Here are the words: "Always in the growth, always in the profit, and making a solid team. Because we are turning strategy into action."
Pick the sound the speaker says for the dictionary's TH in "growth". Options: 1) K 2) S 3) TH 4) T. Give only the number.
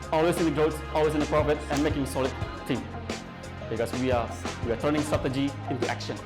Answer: 2